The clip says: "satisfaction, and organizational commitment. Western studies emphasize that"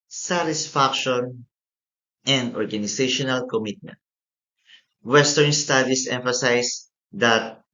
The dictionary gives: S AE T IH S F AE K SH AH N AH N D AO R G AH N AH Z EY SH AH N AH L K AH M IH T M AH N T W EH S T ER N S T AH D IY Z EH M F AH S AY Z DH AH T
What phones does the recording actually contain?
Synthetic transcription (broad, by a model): S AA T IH S F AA K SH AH N AH N D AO R G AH N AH S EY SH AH N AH L K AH M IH T M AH N T W EH S T ER N S T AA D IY S EH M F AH S AY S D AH T